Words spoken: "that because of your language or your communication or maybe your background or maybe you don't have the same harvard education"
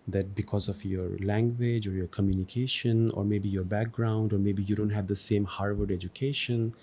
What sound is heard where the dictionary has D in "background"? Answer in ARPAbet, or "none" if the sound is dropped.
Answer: D